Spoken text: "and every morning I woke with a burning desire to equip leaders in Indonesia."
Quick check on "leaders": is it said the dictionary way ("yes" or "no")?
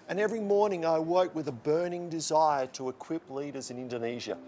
yes